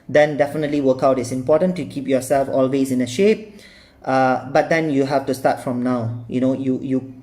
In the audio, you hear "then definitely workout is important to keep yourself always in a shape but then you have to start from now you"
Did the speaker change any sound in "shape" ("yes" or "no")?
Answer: no